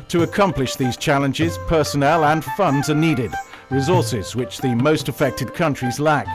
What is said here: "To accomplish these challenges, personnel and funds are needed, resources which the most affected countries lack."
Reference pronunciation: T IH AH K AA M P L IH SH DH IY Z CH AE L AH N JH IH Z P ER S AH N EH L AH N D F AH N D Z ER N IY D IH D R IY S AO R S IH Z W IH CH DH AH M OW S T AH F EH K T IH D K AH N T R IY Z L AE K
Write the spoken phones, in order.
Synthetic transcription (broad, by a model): T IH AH K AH M P L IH SH DH IY Z CH AE L AH N JH IH Z P ER S AH N EH L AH N F AH N D Z ER N IY D IH D R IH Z AO R S IH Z W IH CH DH AH M OW S T AH F EH K T IH D K AH N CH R IY Z L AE K